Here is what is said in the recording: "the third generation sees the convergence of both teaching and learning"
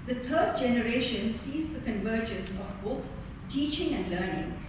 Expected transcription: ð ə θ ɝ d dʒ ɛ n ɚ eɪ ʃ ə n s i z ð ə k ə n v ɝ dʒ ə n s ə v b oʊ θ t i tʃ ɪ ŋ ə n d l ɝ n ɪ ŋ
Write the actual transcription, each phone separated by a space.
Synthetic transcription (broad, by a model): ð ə t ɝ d dʒ ɛ n ɚ eɪ ʃ ə n s i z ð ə k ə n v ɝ dʒ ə n s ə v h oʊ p t i tʃ ɪ ŋ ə n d l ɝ n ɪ ŋ